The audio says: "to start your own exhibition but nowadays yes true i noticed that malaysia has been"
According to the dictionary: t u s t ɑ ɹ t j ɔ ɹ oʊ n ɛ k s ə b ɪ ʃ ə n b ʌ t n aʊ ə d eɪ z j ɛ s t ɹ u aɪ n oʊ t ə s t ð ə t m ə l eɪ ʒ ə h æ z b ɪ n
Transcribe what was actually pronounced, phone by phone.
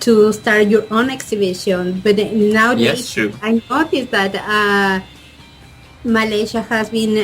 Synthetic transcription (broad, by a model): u s t ɑ ɹ t j ɔ ɹ oʊ n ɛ k s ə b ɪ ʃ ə n b ʌ t n aʊ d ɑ j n oʊ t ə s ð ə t m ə l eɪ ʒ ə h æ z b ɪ n